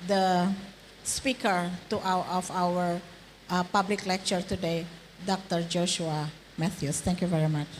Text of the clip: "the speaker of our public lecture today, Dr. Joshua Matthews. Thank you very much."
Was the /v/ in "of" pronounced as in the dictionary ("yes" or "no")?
no